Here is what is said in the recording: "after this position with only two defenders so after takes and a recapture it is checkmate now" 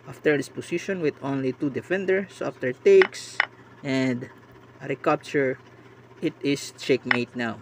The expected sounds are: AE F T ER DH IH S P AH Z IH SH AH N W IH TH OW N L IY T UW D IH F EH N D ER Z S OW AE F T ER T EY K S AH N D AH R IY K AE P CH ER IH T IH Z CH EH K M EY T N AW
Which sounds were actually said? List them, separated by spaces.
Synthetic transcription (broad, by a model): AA F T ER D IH S P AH S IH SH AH N W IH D OW N L IY T UW D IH F EH N D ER S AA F T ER T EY K S AH N D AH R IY K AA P CH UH IH T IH S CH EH K M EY T N AW